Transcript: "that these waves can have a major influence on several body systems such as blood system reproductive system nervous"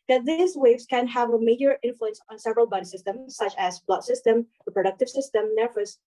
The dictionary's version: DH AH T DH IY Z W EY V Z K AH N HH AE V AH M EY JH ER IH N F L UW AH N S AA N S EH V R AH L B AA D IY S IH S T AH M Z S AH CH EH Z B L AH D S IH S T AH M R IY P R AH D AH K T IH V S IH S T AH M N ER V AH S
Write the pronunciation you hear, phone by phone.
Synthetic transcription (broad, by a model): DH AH T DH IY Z W EY V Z K AH N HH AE V AH M EY JH ER IH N F L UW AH N S N S EH V R AH L B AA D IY S IH S T AH M Z S AH CH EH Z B L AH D S IH S T AH M R IY P R AH D AH K T IH V S IH S T AH M N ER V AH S